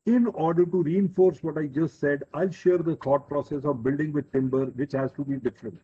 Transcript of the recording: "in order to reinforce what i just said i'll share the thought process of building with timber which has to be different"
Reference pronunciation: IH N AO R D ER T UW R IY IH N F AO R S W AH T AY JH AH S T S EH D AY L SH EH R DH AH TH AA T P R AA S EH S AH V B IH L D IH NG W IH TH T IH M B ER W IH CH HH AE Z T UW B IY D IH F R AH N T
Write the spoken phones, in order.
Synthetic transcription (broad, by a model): IH N AO R D ER T UW R IY IH N F AO R S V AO T AY JH AH S T S EH D AY L SH EH R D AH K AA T P R AA S EH S AH V B IH L D IH NG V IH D T IH M B ER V IH CH HH AE Z T UW B IY D IH F R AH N T